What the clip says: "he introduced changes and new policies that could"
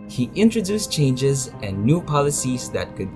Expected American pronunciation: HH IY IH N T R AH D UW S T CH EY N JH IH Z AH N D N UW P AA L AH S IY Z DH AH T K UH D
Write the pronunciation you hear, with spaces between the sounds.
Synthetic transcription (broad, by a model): HH IY IH N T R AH D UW S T CH EY N JH IH Z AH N N UW P AA L AH S IY Z DH AH T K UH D